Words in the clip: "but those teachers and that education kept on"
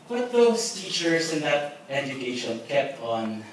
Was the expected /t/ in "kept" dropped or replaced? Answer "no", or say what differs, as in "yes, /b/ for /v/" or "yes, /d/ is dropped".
yes, /t/ is dropped